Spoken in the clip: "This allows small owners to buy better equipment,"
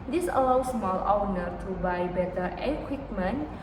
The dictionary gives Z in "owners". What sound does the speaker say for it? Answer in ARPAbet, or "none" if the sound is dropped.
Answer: none